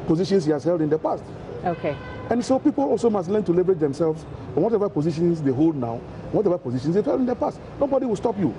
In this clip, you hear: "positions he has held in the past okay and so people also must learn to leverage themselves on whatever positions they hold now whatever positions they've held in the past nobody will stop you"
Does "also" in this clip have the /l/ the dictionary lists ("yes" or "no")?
yes